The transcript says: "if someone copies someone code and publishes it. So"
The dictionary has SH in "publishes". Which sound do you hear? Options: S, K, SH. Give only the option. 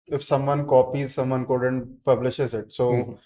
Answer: SH